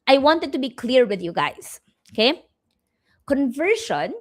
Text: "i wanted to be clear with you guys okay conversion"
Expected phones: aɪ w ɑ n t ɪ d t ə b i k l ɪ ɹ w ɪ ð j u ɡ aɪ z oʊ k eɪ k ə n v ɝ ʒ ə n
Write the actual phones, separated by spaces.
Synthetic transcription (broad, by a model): aɪ w ɑ n t ɪ d t ə b i k l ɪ ɹ w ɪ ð j u ɡ aɪ s oʊ k eɪ k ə n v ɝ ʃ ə n